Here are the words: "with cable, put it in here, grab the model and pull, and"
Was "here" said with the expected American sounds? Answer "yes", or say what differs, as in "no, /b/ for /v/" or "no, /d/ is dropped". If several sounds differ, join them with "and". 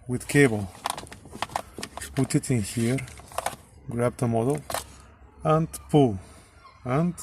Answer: yes